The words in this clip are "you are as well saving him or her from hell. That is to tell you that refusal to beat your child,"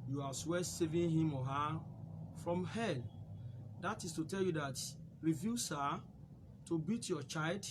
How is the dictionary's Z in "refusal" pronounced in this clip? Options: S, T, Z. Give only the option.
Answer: S